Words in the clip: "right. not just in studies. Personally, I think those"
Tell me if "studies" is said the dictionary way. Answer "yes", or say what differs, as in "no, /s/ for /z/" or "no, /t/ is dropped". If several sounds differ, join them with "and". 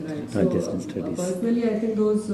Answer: no, /z/ is dropped